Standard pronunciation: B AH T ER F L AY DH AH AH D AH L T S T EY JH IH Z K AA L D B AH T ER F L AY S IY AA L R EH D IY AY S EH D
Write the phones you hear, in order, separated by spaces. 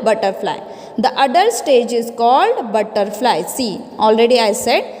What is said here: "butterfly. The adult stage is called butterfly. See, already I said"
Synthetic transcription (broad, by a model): B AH T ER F L AY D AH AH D AH T S T EY JH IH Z K AA L D B AH T ER F L AY S IY AA L R EH D IY AY S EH D